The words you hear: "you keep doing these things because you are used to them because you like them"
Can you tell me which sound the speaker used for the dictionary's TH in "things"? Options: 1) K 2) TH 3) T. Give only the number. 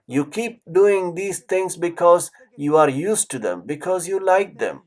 3